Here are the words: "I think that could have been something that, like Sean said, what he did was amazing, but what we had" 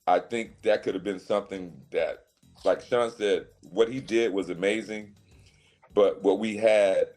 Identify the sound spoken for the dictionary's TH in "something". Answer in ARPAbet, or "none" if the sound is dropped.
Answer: TH